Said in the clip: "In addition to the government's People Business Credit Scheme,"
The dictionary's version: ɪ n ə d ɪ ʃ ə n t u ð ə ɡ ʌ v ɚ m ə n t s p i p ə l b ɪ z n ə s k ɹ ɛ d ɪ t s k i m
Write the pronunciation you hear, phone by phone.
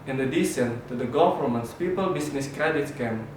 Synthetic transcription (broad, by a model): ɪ n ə d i s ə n t u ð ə ɡ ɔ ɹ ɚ m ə n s p i p ə l b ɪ s n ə s k ɹ ɛ d ɪ t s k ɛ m